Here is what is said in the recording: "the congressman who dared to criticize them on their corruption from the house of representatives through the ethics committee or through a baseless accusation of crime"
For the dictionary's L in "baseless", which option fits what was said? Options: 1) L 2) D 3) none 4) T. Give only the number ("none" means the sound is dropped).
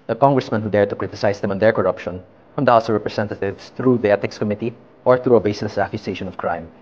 3